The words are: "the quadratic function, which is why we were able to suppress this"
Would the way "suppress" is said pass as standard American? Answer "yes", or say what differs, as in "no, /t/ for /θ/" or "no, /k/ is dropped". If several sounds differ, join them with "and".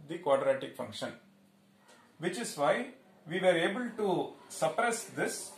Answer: yes